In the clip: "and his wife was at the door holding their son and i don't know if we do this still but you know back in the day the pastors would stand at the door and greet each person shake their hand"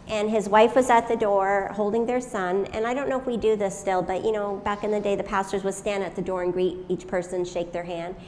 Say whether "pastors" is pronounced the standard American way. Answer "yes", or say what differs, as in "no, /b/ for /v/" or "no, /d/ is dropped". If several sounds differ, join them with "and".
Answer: yes